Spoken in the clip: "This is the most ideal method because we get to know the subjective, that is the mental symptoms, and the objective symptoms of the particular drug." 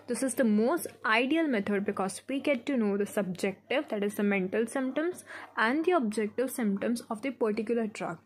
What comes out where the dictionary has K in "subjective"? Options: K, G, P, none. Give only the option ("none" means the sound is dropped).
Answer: K